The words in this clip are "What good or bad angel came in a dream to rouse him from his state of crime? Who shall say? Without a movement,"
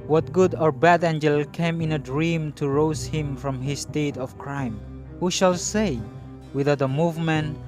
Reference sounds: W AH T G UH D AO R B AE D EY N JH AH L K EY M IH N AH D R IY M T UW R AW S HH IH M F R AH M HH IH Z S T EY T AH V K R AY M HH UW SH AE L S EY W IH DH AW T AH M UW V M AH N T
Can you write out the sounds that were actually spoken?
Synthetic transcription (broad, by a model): W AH T G UH D AO R B AE D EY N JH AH L K EY M IH N AH D R IY M T UW R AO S HH IH M F R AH M HH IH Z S T EY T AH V K R AY M HH UW SH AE L S EY W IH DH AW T AH M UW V M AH N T